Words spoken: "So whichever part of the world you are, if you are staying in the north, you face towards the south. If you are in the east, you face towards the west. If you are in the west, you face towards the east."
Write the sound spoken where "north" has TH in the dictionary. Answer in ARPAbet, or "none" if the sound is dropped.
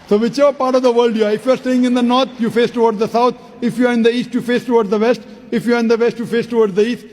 T